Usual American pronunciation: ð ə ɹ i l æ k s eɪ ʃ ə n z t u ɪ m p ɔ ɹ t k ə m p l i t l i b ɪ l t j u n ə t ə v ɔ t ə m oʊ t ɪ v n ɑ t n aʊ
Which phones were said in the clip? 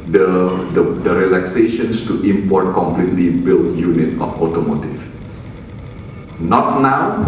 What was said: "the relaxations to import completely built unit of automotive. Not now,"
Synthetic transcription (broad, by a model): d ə ɹ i l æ k s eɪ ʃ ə n s t u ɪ m p ɔ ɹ t k ə m p l i t l i b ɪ l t j u n ə t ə f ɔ t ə m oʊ t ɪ f n ɑ t n aʊ